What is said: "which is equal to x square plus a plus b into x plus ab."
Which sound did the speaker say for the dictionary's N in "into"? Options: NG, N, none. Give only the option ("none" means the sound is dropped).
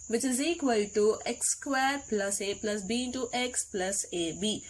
none